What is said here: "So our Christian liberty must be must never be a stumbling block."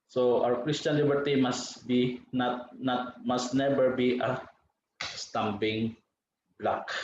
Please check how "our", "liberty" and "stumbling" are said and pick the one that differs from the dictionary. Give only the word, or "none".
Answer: stumbling